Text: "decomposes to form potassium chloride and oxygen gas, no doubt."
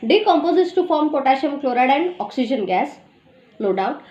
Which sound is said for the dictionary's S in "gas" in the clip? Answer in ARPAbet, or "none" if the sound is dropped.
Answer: S